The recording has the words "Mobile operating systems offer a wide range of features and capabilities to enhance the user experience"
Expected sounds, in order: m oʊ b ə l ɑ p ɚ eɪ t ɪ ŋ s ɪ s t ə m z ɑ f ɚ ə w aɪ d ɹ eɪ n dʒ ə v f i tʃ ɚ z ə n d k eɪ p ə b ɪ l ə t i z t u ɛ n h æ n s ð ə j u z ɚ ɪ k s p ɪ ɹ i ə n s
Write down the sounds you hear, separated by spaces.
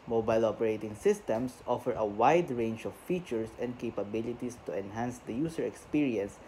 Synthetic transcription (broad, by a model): m oʊ b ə l ɑ p ɚ eɪ t ɪ ŋ s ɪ s t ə m s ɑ f ɚ ə w aɪ d ɹ eɪ n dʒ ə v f i tʃ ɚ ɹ ə n d k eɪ p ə b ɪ l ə t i s t u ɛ n h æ n s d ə j u s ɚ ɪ k s p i ɹ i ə n s